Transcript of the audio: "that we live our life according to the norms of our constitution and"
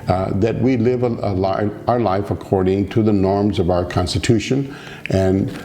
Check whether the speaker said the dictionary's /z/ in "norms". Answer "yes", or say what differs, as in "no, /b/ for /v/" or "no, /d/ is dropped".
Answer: yes